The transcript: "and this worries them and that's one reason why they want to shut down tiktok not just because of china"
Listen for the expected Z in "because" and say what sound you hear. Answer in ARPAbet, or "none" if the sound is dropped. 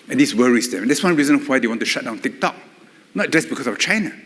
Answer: S